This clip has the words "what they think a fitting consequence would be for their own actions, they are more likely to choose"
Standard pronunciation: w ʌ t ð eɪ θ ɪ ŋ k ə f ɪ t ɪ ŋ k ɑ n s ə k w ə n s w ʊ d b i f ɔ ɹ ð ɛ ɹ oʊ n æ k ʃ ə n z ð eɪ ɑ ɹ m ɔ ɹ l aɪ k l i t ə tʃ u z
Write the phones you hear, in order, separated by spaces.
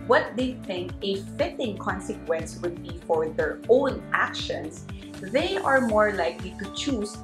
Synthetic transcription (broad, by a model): w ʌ t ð eɪ θ ɪ ŋ k ə f ɪ t ɪ ŋ k ɑ n s ə k w ə n s w ʊ d b i f ɔ ɹ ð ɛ ɹ oʊ n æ k ʃ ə n s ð eɪ ɑ ɹ m ɔ ɹ l aɪ k l i t ə tʃ u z